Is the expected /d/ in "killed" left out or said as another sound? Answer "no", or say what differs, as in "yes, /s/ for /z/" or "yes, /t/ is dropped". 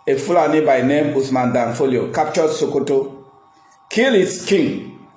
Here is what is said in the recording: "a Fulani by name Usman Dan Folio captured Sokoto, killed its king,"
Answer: yes, /d/ is dropped